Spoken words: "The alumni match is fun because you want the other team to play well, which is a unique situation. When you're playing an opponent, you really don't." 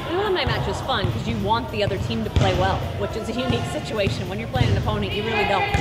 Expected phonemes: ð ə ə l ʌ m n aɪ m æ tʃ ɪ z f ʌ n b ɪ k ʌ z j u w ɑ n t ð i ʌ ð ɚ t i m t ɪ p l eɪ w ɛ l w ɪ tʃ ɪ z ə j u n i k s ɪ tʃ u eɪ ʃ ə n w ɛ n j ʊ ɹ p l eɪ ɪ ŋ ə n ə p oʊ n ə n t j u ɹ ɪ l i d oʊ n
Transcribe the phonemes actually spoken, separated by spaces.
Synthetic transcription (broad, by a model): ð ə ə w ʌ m aɪ m æ tʃ ɪ z f ʌ n k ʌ z j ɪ w ɑ n ð i ʌ ð ɚ t i m t ɪ p l eɪ w ɛ l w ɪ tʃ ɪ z ə j u n i k s ɪ tʃ u eɪ ʃ ə n w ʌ n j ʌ ɹ p l eɪ ɪ ŋ ə n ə p oʊ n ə n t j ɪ ɹ ɪ l i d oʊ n